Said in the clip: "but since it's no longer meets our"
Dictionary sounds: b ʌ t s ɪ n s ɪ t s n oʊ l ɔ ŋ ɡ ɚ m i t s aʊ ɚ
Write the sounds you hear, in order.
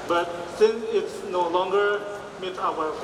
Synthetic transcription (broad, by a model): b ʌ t s ɪ n s ɪ t s n oʊ l ɔ ŋ ɡ ɚ m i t aʊ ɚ